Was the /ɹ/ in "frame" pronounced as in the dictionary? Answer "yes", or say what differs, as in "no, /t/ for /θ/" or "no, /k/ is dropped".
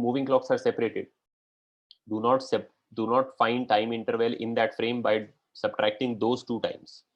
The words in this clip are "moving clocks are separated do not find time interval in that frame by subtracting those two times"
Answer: yes